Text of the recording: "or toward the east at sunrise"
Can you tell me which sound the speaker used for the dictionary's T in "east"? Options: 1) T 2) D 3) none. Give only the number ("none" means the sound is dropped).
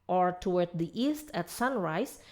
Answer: 1